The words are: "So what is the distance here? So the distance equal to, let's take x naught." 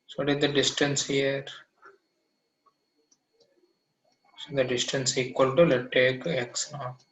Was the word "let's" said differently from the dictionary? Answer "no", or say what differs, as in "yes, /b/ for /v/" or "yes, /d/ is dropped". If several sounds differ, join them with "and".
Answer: yes, /s/ is dropped